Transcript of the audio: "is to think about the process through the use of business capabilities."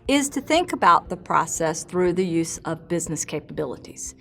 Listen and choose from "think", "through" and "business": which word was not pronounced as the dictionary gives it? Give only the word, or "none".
none